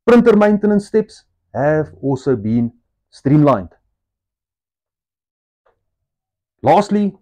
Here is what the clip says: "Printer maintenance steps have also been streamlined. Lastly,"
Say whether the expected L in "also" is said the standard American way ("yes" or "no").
no